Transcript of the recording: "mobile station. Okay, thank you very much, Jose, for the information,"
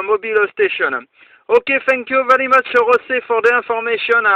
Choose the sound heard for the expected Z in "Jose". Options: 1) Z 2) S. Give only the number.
2